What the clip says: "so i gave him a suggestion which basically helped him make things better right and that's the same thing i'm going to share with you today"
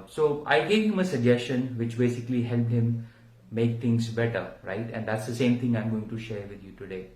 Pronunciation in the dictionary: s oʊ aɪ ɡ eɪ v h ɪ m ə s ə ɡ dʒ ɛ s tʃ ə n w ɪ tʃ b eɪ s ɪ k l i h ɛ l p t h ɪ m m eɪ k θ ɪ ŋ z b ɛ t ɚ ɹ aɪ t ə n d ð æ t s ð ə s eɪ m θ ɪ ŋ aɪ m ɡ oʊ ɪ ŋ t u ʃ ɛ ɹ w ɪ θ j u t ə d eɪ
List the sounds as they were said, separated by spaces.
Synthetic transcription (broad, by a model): s oʊ aɪ ɡ eɪ v h ɪ m ə s ə ɡ dʒ ɛ s tʃ ə n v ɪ tʃ b eɪ s ɪ k l i h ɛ l p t h ɪ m m eɪ k t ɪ ŋ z b ɛ t ɚ ɹ aɪ t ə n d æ t s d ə s eɪ m t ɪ ŋ aɪ m ɡ oʊ ɪ ŋ t u ʃ ɛ ɹ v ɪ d j u t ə d eɪ